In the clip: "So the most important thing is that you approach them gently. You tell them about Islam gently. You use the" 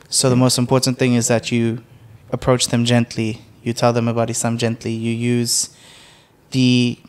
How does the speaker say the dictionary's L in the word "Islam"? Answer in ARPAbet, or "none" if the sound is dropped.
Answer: none